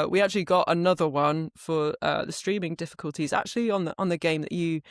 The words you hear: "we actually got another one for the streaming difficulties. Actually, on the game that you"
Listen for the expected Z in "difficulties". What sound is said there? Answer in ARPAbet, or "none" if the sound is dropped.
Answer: Z